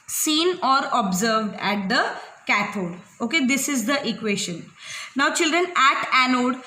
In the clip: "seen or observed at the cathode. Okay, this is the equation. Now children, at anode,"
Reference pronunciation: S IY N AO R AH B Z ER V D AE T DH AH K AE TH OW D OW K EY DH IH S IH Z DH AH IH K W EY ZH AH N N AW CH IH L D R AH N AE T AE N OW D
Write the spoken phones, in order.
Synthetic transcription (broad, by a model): S IY N AO R AH B Z ER V D AE T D AH K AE T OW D OW K EY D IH S IH Z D AH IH K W EY SH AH N N AW CH IH L D R AH N AE T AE N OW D